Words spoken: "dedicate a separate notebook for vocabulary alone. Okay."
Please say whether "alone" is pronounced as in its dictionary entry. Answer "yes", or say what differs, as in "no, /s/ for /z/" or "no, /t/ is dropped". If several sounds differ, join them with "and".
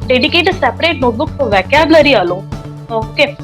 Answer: no, /n/ is dropped